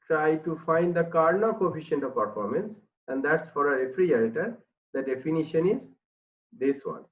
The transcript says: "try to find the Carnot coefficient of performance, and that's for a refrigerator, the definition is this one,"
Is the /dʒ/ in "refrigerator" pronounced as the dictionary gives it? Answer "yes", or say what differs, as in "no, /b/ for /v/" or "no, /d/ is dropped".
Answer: no, /dʒ/ is dropped